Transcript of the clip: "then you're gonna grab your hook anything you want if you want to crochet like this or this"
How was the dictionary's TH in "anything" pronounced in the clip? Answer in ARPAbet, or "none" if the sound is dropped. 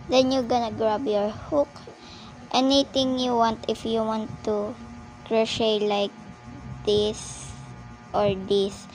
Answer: T